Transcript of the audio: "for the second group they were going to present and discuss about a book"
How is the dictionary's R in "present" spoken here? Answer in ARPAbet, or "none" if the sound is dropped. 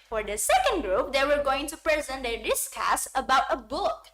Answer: R